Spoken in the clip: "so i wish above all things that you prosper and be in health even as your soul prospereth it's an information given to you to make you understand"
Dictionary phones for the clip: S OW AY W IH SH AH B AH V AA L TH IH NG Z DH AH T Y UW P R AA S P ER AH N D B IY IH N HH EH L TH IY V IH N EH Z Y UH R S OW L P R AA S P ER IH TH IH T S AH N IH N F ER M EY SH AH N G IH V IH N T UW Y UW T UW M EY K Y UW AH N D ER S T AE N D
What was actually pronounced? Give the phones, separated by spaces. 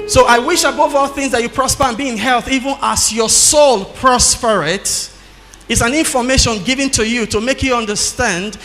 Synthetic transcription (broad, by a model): S OW AY W IH SH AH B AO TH AA L TH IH NG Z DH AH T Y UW P R AA S P ER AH N B IY IH N HH EH L TH IY V IH N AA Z Y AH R S OW L P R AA S P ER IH T IH T S AH N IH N F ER M EY SH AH N G IH V IH N T UW Y UW T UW M EY K Y UW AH N D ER S T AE N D